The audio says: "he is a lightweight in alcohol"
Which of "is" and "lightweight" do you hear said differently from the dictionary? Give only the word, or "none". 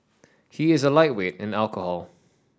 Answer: none